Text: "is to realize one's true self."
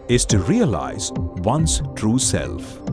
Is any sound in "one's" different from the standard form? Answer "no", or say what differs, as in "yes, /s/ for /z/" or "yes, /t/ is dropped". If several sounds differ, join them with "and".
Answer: yes, /s/ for /z/